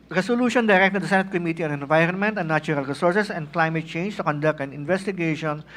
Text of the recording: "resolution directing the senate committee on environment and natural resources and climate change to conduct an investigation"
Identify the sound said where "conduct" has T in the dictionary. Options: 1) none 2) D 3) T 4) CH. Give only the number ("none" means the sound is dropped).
3